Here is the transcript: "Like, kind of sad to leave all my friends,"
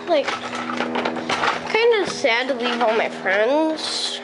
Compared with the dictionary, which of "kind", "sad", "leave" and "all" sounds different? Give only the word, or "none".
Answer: none